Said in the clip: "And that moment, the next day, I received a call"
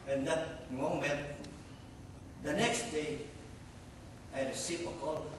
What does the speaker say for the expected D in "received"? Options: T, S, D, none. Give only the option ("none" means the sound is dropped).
none